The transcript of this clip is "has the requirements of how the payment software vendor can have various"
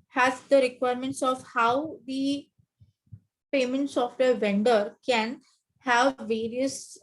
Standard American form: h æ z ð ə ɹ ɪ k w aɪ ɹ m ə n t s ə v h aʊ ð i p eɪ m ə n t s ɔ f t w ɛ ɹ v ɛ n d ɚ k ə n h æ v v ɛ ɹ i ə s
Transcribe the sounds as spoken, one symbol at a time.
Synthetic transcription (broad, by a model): h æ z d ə ɹ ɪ k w aɪ ɹ m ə n t s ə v h aʊ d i p eɪ m ə n t s ɔ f t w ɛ ɹ v ɛ n d ɚ k ə n h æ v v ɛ ɹ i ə s